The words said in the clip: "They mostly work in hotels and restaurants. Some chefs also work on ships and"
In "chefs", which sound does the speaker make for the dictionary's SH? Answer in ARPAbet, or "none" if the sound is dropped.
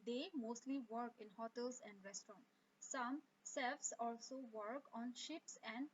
S